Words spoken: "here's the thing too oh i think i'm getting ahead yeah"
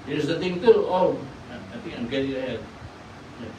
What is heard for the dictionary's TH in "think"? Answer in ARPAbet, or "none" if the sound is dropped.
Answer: T